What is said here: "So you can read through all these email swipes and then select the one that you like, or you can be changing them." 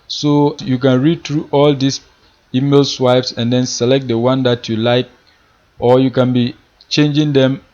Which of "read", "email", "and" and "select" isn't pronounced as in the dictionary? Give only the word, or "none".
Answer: none